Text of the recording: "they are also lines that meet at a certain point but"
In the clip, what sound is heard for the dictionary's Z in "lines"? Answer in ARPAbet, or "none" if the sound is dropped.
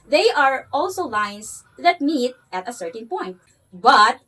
S